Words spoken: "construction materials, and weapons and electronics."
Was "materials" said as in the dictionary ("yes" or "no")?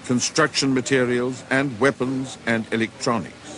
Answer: yes